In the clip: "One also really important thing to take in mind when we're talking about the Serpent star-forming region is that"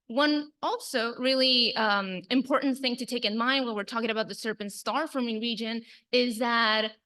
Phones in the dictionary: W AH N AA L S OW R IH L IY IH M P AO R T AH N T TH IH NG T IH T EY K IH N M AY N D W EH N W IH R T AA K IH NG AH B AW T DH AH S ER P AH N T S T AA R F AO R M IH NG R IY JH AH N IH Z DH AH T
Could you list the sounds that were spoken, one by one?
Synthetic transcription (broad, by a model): W AH N AA L S OW R IH L IY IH M P AO R T N TH IH NG T IH T EY K IH N M AY N D W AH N W IH R T AA K IH NG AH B AW T DH AH S ER P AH N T S T AA R F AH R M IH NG R IY JH AH N IH Z DH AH T